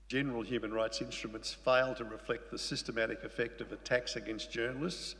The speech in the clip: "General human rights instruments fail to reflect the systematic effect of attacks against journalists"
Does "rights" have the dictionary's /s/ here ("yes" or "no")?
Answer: yes